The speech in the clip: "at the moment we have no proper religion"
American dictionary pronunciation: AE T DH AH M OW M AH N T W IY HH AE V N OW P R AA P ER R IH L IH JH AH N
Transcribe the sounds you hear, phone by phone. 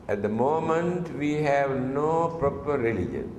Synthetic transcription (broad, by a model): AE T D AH M OW M AH N T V IY HH AE V N OW P R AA P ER R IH L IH JH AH N